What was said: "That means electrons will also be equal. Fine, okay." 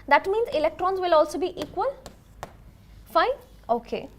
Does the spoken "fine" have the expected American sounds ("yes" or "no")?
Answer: no